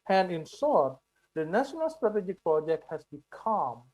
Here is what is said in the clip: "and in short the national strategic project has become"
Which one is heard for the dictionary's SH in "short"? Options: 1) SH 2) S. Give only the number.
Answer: 2